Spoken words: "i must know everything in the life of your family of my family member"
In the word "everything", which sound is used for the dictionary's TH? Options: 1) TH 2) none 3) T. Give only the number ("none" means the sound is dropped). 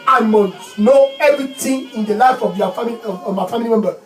3